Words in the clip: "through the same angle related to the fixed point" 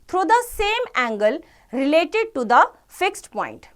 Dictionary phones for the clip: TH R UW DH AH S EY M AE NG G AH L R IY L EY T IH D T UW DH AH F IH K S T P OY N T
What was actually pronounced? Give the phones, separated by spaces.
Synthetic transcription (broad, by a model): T R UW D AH S EY M AE NG G AH L R IY L EY T IH D T UW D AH F IH K S T P OY N T